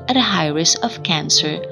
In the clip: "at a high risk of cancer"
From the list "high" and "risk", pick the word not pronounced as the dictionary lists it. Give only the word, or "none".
risk